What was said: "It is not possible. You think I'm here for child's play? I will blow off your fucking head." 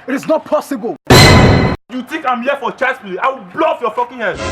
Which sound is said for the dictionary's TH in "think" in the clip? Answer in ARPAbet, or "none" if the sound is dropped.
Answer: T